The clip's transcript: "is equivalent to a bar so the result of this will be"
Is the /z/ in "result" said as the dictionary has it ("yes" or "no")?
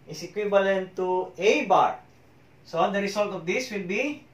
no